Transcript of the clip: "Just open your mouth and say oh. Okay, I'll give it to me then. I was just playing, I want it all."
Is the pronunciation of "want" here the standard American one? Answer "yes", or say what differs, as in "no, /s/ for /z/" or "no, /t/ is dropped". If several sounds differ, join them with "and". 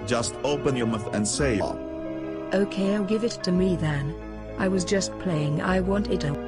yes